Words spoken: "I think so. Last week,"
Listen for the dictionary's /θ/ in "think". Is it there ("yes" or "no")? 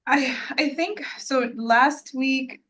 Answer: yes